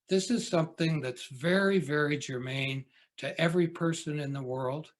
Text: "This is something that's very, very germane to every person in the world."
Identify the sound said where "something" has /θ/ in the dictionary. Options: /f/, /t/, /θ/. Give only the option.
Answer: /θ/